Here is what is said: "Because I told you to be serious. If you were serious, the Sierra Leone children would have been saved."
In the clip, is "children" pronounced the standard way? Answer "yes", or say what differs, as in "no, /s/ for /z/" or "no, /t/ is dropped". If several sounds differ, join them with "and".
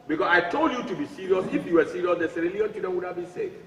no, /l/ is dropped